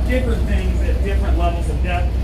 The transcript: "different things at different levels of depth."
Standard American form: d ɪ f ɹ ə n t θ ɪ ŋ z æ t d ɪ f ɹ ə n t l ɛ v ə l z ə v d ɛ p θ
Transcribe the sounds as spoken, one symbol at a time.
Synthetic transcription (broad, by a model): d ɪ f ɹ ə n θ ɪ ŋ z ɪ t d ɪ f ɹ ə n t l ɛ v l z ə v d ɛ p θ